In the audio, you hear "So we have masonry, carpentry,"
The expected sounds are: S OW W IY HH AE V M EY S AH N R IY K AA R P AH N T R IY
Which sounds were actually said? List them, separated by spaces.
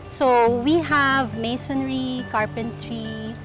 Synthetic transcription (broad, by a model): S OW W IY HH AE V M EY S AH N R IY K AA R P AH N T R IY